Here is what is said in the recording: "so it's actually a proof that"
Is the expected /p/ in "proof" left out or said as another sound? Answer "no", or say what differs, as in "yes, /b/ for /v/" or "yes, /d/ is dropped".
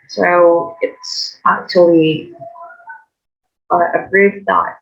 yes, /b/ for /p/